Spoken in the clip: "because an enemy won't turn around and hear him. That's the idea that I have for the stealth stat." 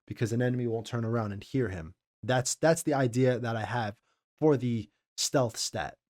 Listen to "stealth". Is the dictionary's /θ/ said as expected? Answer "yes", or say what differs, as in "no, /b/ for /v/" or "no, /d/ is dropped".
yes